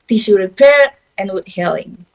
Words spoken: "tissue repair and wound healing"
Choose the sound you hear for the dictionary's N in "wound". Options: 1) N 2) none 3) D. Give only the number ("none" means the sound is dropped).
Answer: 2